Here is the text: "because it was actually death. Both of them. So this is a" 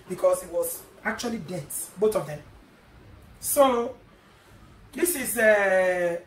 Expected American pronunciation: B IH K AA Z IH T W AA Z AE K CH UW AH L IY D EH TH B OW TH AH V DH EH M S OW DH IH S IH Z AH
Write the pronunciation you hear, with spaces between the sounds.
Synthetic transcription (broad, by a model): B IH K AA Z IH T W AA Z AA K CH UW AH L IY D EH T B OW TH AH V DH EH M S OW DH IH S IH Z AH